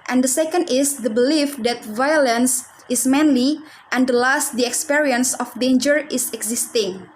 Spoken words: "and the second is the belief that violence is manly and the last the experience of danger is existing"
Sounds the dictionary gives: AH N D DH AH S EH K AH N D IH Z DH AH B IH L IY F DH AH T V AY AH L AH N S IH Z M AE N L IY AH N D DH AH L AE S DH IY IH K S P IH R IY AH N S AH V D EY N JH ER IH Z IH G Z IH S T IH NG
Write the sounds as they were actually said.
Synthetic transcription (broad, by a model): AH N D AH S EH K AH N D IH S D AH B IH L IY F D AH T V AY AH L AH N S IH S M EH N L IY AH N D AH L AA S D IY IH K S P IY R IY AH N S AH F D EY N JH ER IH S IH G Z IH S T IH NG